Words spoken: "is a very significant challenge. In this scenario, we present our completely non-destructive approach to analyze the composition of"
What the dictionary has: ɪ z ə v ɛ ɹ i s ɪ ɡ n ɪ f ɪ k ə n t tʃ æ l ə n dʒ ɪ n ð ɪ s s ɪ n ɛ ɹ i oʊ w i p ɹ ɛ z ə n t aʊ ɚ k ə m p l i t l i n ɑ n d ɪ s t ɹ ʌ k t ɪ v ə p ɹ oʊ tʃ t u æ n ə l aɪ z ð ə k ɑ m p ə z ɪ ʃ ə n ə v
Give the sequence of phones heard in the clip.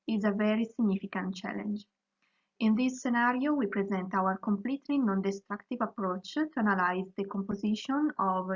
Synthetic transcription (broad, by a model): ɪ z ə v ɛ ɹ i s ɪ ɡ n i f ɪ k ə n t tʃ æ l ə n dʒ ɪ n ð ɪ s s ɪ n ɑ ɹ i oʊ w i p ɹ ɛ z ə n t aʊ ɚ k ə m p l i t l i n ɑ n d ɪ s t ɹ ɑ k t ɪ v ə p ɹ oʊ tʃ t u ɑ n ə l aɪ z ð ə k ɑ m p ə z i ʃ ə n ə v